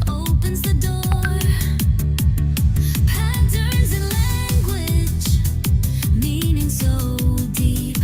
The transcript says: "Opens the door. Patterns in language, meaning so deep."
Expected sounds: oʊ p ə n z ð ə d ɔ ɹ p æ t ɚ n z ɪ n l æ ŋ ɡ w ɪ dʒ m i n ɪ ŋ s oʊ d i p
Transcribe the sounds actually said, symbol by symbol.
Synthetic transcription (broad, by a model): oʊ p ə n z ð ə d ɔ ɹ p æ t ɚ z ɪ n l æ ŋ ɡ w ɪ dʒ m i n ɪ ŋ s oʊ d i p